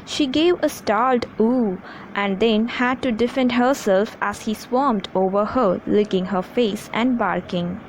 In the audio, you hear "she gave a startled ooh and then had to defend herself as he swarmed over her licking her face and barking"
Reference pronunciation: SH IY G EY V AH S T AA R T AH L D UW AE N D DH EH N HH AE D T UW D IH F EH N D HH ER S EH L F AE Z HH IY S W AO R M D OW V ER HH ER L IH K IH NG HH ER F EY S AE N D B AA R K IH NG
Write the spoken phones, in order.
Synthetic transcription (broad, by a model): SH IY G EY V AH S T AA L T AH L AE N D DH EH N HH AE D T UW D IH F EH N D HH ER S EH L F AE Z HH IY S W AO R M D OW V ER HH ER L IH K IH NG HH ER F EY S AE N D B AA R K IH NG